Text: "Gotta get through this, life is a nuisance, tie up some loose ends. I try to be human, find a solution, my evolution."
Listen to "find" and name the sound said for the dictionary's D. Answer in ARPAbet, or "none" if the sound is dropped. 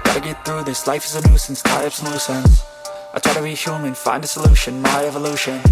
D